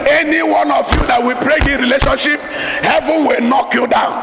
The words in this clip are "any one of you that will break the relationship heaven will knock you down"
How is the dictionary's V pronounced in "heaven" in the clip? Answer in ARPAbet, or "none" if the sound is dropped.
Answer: V